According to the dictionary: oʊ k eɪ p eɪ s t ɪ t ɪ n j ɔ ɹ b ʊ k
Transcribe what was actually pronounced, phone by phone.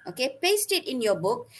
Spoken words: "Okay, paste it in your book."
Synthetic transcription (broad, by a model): oʊ k eɪ p eɪ s t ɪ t ɪ n j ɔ b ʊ k